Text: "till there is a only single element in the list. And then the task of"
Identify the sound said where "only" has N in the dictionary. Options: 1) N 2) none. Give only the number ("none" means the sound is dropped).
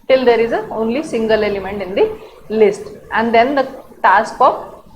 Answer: 1